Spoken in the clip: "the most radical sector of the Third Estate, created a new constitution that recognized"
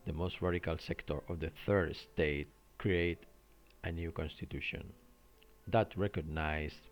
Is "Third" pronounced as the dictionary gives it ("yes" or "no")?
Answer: yes